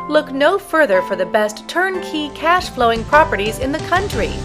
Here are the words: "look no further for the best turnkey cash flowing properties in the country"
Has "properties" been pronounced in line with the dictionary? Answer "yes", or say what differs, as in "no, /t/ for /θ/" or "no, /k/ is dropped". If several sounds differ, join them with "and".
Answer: yes